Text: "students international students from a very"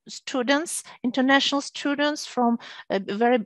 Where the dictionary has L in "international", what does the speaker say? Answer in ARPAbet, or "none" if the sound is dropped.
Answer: L